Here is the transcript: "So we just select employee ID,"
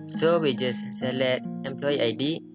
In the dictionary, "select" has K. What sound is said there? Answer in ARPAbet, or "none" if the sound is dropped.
none